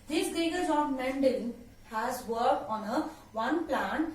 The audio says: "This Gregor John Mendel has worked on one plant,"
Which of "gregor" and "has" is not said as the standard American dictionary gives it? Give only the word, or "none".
gregor